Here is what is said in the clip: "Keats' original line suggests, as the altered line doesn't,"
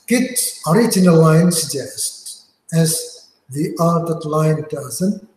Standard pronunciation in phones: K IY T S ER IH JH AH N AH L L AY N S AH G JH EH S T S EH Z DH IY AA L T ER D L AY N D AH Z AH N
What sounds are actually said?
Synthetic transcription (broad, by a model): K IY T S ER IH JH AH N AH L L AY N S AH G JH EH S T S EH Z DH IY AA T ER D L AY N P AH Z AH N